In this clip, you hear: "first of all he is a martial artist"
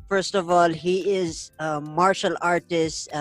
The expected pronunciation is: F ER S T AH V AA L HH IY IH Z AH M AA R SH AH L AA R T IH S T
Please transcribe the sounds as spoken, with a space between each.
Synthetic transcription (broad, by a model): F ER S T AH V AA L HH IY IH Z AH M AA R SH AH L AA R T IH S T